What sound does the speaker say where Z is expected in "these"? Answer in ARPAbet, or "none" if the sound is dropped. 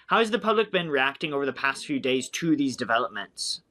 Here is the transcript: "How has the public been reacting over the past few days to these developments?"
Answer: Z